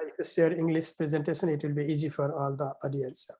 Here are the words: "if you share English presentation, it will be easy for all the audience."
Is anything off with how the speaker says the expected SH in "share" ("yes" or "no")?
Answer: yes